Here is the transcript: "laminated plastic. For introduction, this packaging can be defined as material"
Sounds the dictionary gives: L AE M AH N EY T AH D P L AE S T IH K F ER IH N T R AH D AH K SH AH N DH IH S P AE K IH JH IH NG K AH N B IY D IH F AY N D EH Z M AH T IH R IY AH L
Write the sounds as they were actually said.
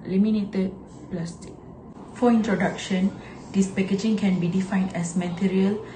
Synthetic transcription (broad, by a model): L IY M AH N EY T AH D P L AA S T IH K F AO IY N T R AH D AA K SH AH N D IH S P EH K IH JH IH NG K AH N B IY D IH F AY N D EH S M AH T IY R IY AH L